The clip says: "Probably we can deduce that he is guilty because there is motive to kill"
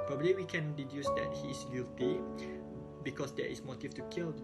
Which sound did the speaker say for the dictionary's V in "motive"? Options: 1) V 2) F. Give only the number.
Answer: 2